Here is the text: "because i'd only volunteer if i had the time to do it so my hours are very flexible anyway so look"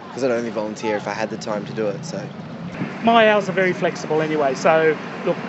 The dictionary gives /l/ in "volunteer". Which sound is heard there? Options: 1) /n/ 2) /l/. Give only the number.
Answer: 2